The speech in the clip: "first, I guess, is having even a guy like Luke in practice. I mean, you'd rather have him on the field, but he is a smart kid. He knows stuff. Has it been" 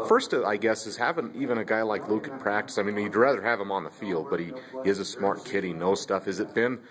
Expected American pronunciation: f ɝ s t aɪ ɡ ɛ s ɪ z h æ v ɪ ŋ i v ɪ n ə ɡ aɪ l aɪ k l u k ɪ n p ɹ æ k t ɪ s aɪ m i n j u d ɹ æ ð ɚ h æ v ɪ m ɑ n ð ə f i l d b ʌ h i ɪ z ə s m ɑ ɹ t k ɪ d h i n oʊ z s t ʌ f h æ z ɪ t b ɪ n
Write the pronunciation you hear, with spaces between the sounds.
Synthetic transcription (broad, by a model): f ɝ s t aɪ ɡ ɛ s ɪ z h æ v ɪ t i v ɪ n ə ɡ aɪ l aɪ k l u k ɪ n p ɹ æ k t ɪ s aɪ m i n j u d ɹ æ ð ɚ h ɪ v ɪ m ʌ n ð ə f i l d b ʌ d i ɪ z ə s m ɑ ɹ t k ɪ d i n oʊ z s t ʌ f h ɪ z ɪ t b ɪ n